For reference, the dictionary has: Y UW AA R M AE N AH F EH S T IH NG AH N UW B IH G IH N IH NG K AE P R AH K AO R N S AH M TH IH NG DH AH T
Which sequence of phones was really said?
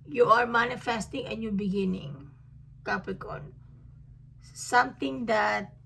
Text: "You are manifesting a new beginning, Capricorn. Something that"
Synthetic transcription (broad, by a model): Y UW AA R M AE N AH F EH S T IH NG AH N UW B IH G IH N IH NG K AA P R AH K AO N S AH M T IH NG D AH T